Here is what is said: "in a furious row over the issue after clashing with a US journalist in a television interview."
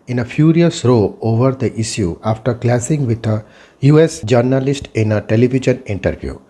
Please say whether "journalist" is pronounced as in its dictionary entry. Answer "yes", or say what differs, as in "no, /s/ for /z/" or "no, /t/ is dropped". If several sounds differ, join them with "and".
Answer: yes